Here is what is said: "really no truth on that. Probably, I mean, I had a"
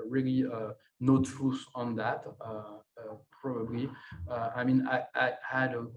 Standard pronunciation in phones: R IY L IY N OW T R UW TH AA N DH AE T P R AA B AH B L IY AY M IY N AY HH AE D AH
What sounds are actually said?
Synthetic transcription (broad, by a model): R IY L IY N OW T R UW S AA N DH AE T P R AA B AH B L IY AY M IY N AY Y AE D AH